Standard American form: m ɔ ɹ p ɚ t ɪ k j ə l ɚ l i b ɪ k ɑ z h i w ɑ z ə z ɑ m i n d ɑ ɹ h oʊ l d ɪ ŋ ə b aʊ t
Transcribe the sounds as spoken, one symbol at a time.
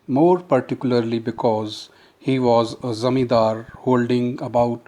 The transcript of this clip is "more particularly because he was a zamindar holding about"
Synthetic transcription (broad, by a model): m ɔ ɹ p ɚ t ɪ k j ə l ɚ l i b ɪ k ɑ z h i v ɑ z ə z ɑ m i d ɑ ɹ h oʊ l d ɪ ŋ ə b aʊ t